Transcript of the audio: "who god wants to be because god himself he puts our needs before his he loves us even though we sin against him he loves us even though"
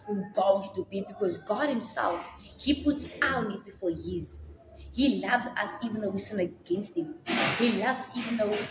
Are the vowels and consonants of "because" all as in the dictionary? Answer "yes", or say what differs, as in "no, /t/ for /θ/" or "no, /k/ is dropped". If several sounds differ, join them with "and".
yes